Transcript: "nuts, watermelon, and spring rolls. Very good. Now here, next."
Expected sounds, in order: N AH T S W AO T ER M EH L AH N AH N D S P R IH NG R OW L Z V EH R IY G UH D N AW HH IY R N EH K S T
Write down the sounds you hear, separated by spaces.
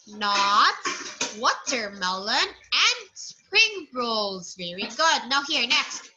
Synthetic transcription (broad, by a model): N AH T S W AO T ER M EH L AH N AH N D S P R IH NG R OW L Z V EH R IY G UH D N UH HH IY R N EH K S T